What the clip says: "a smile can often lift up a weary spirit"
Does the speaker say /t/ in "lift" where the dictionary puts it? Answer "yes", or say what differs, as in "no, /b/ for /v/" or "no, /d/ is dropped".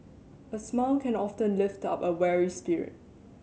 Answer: yes